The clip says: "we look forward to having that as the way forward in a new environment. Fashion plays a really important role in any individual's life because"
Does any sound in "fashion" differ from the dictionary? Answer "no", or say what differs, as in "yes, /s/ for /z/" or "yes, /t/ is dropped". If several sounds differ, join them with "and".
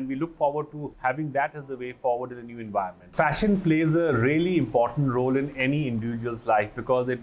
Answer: no